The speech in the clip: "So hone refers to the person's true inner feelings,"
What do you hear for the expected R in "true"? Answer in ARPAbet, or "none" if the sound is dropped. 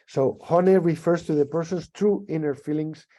R